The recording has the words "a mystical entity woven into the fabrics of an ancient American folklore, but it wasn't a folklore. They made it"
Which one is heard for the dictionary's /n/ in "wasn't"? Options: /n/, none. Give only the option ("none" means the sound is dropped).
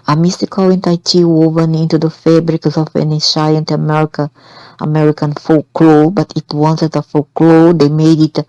none